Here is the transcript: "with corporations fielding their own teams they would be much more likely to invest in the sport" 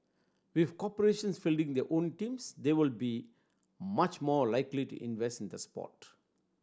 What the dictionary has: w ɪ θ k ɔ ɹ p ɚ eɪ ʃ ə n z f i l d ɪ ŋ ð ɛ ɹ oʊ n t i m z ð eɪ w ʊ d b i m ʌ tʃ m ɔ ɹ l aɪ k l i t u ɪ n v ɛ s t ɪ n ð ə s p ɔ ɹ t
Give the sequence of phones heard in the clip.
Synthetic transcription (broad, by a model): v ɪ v k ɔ p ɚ eɪ ʃ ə n s f i l d ɪ ŋ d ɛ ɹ oʊ n t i m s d eɪ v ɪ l b i m ʌ tʃ m ɔ ɹ l aɪ k l i t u ɪ n v ɛ s t ɪ n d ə s p ɔ t